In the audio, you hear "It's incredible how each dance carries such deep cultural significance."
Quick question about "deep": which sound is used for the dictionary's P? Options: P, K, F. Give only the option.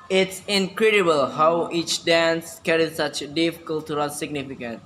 F